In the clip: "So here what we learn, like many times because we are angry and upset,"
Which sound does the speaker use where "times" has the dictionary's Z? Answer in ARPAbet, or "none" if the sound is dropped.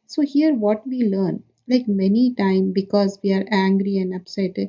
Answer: none